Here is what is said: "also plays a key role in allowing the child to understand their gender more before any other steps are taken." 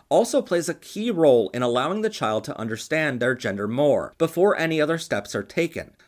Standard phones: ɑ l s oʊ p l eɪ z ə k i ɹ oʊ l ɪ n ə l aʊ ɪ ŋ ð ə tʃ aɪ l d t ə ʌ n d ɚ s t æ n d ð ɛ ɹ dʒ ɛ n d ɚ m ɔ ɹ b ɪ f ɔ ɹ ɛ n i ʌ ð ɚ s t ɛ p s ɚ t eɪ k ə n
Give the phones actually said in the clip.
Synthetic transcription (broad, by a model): ɑ l s oʊ p l eɪ z ə k i ɹ oʊ l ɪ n ə l aʊ ɪ ŋ ð ə tʃ aɪ l d t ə ʌ n d ɚ s t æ n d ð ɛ ɹ dʒ ɛ n d ɚ m ɔ ɹ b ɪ f ɔ ɹ ɛ n i ʌ ð ɚ s t ɛ p s ɚ t eɪ k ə n